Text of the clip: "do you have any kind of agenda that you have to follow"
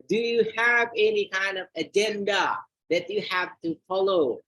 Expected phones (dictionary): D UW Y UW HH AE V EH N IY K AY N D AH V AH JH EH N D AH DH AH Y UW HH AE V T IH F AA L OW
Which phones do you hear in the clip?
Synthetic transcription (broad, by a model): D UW Y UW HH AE V EH N IY K AY N D AH V AH JH EH N D AH DH AH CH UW HH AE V T IH F AA L OW